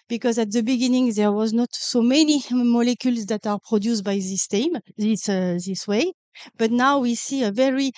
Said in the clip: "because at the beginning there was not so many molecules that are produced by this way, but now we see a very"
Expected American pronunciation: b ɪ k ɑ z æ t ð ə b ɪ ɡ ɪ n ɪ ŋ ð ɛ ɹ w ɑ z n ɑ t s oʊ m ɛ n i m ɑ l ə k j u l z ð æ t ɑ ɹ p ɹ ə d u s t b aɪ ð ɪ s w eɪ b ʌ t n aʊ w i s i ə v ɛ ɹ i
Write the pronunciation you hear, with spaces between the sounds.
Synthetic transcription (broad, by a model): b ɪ k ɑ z æ t ð ə b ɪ ɡ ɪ n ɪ ŋ ð ɛ ɹ w ɑ z n ɑ t s oʊ m ɛ n i m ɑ l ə k j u l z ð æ t ɑ ɹ p ɹ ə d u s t b aɪ ð ɪ s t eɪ b ʌ t n aʊ w i s i ə v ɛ ɹ i